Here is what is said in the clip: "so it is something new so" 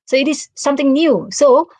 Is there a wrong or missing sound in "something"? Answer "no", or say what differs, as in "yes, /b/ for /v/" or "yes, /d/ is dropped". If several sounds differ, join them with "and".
yes, /t/ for /θ/